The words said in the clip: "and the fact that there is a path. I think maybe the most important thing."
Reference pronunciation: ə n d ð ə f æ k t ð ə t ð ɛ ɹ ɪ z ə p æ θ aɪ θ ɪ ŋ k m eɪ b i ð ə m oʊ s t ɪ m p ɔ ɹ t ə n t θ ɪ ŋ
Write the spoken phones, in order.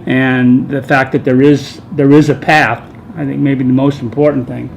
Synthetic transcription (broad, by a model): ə n ð ə f æ k t ð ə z ð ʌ ɹ ɪ z ə p æ θ aɪ θ ɪ ŋ k m eɪ b i ð ə m oʊ s t m p ɔ ɹ t n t θ ɪ ŋ